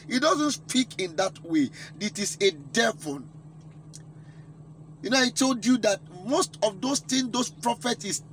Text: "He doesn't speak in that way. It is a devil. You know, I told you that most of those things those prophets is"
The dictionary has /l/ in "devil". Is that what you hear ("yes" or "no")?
no